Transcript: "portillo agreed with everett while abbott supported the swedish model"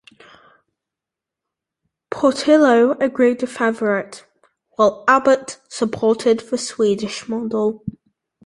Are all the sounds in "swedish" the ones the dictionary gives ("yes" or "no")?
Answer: yes